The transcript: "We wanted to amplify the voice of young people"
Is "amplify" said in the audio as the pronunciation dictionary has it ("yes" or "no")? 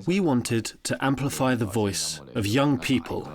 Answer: yes